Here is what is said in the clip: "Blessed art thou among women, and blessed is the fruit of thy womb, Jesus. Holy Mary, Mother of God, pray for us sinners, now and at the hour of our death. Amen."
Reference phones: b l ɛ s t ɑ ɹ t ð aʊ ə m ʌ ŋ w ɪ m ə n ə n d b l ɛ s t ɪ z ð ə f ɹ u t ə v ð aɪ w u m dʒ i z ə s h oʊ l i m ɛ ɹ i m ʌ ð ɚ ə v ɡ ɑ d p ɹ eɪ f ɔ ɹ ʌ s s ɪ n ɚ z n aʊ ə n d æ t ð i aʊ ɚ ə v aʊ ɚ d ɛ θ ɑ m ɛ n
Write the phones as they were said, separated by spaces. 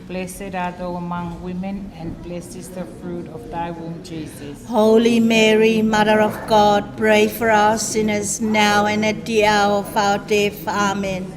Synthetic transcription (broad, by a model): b l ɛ s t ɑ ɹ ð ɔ ə m ʌ ŋ w ɪ m ə n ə n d b l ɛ s ɪ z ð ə f ɹ u t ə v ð aɪ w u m dʒ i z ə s h oʊ l i m ɛ ɹ i m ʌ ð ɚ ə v ɡ ɑ d p ɹ eɪ f ɔ ɹ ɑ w s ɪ n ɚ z n aʊ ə n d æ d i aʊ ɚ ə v aʊ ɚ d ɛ f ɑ m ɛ n